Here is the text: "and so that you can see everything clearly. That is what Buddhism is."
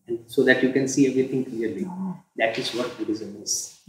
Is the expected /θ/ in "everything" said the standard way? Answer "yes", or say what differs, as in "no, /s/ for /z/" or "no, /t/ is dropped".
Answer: no, /t/ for /θ/